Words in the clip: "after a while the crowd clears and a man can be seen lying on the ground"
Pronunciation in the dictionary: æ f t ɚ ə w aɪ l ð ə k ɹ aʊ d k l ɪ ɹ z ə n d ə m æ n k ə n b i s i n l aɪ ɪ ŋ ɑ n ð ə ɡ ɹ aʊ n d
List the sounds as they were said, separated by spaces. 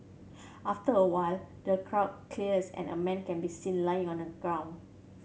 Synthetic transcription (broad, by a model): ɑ f t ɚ ə w aɪ l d ə k ɹ aʊ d k l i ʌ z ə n ə m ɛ n k ə n b i s i n l aɪ ɪ ŋ ɑ n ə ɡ ɹ aʊ n